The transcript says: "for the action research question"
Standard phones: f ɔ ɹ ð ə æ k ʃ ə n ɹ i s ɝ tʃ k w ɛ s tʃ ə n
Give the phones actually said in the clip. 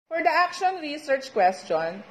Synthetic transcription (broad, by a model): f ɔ ɹ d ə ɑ k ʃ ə n ɹ i s ɝ tʃ k w ɛ s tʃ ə n